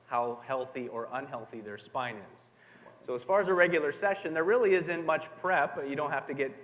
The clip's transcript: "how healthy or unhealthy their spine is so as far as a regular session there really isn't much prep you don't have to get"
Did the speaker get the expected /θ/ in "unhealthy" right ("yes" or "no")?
yes